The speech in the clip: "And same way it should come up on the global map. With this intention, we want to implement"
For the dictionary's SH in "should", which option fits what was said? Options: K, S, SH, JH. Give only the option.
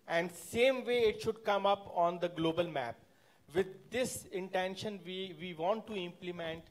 SH